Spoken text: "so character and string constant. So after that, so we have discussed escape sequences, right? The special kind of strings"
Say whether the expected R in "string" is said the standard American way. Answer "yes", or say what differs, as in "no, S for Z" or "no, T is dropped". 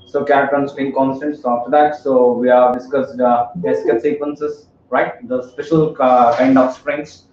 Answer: no, R is dropped